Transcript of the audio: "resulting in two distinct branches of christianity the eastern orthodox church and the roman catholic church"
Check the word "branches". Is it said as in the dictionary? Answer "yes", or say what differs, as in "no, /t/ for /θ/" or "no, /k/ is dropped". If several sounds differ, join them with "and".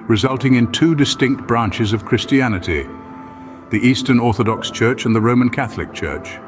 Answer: yes